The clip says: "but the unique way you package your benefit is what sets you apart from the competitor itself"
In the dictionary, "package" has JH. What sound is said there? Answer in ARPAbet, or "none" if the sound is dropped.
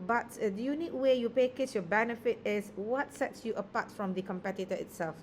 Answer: CH